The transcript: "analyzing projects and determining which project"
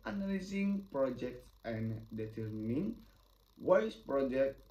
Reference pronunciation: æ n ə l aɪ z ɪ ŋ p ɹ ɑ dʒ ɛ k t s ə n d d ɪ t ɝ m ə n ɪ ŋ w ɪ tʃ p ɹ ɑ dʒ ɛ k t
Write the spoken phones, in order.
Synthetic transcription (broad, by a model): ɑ n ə l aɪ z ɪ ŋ p ɹ ɑ dʒ ɛ k t s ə n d d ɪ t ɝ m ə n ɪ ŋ w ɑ s p ɹ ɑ dʒ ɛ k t